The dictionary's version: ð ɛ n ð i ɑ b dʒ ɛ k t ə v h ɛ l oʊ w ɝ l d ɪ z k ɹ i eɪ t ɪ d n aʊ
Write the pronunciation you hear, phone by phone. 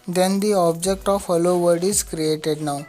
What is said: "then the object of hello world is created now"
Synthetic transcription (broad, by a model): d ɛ n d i ɑ b dʒ ɛ k t ə v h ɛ l oʊ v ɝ d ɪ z k ɹ i eɪ t ɪ d n aʊ